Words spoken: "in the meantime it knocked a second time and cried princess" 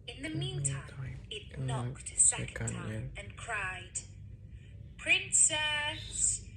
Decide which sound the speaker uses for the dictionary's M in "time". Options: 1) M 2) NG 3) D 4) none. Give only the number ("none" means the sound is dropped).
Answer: 4